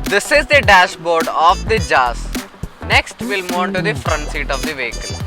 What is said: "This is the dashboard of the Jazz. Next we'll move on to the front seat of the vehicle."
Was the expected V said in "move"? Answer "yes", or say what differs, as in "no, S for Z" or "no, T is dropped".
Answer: no, V is dropped